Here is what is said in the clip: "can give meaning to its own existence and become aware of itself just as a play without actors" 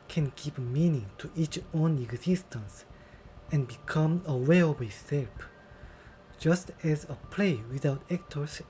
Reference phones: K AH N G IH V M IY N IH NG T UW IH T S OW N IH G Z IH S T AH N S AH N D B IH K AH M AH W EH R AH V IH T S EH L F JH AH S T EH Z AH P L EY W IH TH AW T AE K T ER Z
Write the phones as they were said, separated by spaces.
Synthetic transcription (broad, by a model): K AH N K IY P M IY N IH NG T UW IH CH OW N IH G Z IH S T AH N S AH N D B IH K AH M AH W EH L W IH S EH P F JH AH S T EH Z AH P L EY W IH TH AW T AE K T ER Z